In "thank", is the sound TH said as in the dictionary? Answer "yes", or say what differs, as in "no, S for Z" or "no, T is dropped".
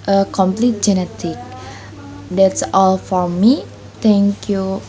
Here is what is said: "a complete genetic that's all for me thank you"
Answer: no, T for TH